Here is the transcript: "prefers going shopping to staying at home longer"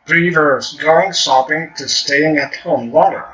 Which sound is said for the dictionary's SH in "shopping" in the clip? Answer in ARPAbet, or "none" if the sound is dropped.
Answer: S